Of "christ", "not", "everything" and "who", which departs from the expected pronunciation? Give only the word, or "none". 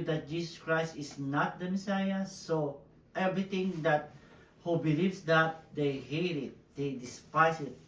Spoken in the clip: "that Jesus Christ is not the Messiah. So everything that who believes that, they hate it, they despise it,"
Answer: everything